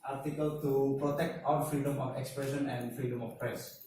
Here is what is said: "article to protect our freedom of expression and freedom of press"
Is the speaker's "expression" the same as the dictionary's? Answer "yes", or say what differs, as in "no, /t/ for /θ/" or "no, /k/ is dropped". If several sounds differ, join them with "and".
yes